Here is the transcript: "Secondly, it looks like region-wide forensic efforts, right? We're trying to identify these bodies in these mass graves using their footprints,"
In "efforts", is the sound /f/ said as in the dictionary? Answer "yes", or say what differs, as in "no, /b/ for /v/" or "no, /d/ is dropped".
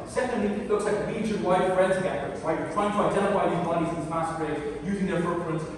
no, /f/ is dropped